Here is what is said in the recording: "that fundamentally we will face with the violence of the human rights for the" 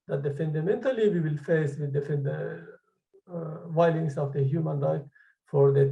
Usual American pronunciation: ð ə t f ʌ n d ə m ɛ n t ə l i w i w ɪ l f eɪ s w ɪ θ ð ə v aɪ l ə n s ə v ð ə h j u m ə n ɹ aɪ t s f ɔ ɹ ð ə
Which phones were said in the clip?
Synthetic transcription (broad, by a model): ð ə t f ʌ n d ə m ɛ n t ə l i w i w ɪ l f eɪ s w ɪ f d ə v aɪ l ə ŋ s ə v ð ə h j u m ə n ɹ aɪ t f ɔ ɹ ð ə